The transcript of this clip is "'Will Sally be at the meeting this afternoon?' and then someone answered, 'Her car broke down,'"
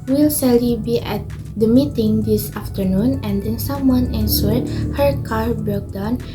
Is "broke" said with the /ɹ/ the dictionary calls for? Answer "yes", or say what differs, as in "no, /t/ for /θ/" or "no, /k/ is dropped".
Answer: no, /ɹ/ is dropped